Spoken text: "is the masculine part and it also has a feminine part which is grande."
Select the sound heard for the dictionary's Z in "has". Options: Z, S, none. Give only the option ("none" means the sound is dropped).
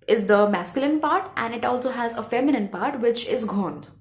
Z